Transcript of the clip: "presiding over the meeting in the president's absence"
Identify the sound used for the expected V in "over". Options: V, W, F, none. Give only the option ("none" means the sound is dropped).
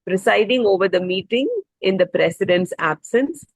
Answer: V